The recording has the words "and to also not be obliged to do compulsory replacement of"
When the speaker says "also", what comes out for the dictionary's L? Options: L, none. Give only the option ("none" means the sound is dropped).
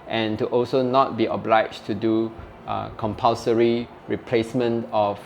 L